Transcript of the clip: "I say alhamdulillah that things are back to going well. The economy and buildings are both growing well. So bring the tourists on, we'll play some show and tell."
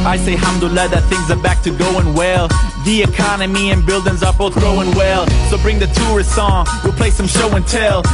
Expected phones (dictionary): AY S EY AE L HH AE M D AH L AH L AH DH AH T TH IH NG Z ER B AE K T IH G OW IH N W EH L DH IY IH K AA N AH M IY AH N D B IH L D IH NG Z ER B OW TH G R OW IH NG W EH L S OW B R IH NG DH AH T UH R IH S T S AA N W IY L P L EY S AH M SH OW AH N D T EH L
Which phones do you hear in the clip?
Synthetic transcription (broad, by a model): AY S EY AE HH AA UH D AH L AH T DH AH T TH IH NG Z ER B AE K T IH G OW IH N W EH L DH IY IH K AA N AH M IY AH N B IH L D IH NG Z ER B OW TH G OW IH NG W EH L S OW B R IH NG DH AH T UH R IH S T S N W IY L P L EY S AH M SH OW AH N T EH L